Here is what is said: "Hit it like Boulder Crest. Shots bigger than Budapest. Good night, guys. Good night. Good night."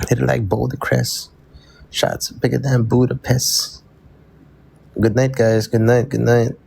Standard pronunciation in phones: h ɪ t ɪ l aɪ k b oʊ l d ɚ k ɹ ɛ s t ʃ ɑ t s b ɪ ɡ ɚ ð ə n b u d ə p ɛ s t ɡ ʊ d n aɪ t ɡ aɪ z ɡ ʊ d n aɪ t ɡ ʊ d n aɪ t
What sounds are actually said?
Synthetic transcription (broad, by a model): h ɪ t ɪ l aɪ k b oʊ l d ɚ k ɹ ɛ s ʃ ɑ t s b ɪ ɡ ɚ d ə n b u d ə p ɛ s ɡ ʊ d n aɪ t ɡ aɪ z ɡ ʊ d n aɪ t ɡ ʊ d n aɪ t